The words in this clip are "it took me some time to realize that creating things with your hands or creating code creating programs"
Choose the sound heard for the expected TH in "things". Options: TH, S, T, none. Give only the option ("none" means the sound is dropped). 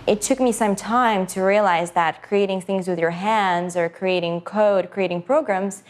TH